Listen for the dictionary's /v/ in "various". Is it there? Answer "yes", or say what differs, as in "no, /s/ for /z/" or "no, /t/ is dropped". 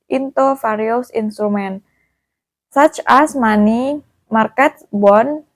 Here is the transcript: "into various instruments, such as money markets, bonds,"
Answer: no, /f/ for /v/